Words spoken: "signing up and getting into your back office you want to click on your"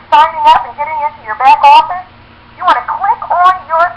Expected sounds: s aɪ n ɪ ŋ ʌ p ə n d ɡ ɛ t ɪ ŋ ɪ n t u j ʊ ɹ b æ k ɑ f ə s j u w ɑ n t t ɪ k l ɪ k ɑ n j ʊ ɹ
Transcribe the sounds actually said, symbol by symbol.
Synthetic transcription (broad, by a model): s aɪ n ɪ ŋ ʌ p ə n ɡ ɛ t ɪ ŋ ɪ n t u j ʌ ɹ b æ k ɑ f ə j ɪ w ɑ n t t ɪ k w ɪ k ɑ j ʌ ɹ